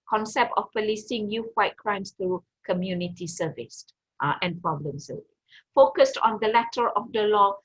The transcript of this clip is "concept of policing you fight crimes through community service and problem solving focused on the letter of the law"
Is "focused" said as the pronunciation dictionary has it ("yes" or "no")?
yes